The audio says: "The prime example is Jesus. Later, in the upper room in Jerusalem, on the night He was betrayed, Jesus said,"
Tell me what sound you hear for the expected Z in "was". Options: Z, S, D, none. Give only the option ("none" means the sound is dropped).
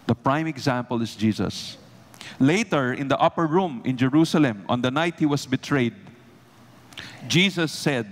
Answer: S